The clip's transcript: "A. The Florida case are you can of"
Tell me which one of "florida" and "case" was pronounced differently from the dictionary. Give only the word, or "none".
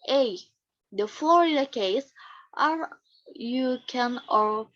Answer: florida